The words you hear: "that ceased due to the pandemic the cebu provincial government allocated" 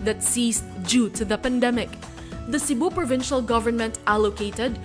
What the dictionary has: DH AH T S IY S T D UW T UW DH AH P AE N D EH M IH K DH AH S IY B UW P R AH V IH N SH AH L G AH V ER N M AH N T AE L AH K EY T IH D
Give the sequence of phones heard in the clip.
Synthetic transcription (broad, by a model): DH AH T S IY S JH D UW T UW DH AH P AE N D EH M IH K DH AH S IY B UW P R AH V IH N SH AH L G AH V ER N M AH N T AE L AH K EY T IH D